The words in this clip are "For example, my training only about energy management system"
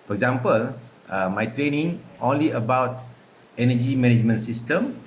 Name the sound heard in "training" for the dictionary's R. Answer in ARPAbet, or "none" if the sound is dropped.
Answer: R